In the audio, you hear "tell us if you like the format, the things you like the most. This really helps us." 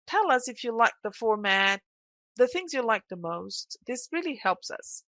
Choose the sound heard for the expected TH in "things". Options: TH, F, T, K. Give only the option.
TH